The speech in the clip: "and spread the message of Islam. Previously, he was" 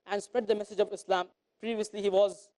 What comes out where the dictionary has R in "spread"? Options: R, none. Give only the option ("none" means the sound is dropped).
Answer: R